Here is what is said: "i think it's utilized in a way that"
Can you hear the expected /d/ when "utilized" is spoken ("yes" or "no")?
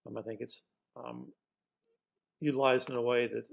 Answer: no